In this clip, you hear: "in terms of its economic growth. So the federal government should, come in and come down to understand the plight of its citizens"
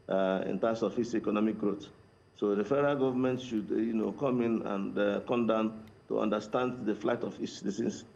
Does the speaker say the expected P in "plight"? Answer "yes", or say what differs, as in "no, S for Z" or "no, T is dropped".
no, F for P